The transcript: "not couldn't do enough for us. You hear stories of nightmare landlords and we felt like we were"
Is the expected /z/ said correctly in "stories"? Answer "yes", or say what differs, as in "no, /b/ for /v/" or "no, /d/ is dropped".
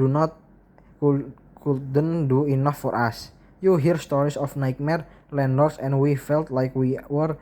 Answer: no, /s/ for /z/